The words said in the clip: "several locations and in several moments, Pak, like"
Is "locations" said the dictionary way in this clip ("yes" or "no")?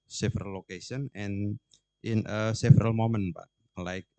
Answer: no